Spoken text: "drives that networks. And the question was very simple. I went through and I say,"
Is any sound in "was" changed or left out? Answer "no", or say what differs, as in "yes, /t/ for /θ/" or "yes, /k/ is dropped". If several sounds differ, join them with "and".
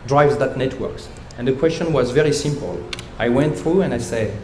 no